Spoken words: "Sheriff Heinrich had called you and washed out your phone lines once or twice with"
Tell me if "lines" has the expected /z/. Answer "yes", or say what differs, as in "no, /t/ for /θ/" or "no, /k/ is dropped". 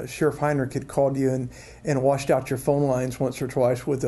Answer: yes